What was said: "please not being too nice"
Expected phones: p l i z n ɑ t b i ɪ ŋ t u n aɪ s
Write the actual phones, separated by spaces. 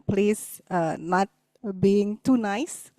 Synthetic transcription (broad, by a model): p l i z n ɑ t b i ɪ ŋ t u n aɪ s